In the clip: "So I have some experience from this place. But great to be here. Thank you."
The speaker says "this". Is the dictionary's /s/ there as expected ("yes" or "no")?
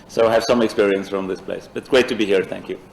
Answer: yes